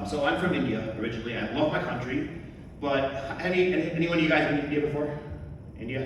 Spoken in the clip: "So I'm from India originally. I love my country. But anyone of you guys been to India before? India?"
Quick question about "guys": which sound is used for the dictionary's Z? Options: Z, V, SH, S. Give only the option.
Z